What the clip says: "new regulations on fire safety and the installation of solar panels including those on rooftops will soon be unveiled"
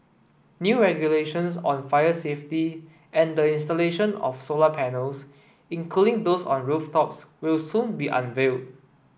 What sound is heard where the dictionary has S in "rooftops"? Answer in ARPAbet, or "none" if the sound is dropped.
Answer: S